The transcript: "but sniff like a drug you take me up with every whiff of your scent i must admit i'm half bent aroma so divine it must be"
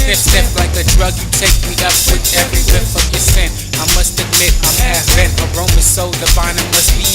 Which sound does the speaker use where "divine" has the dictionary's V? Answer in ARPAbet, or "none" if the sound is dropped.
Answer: B